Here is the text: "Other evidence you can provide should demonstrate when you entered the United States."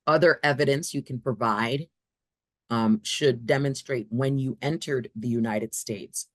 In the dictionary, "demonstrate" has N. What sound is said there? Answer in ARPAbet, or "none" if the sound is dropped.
N